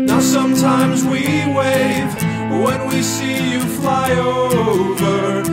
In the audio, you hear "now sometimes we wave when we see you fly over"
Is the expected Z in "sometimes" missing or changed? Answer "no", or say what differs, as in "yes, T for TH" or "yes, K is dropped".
no